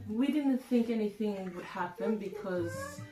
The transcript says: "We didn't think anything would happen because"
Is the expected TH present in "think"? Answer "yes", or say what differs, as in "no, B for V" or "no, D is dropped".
yes